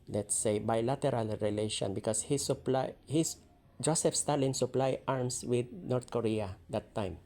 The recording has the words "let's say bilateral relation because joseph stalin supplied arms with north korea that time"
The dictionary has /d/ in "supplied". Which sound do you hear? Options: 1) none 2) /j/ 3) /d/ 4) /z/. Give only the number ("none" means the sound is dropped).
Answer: 1